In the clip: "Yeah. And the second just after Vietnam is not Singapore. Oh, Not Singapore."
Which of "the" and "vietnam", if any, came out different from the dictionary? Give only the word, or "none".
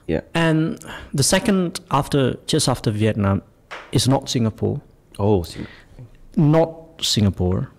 none